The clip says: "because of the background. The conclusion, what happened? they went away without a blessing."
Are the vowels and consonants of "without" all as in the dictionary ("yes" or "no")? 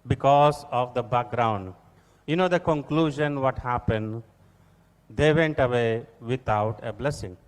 no